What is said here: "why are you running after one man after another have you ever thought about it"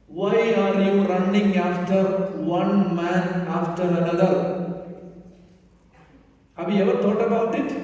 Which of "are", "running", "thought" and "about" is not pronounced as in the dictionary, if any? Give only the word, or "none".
thought